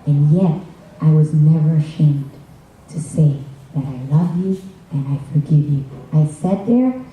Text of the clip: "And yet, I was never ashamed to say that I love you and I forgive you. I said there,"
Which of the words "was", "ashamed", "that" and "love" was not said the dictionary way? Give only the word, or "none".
none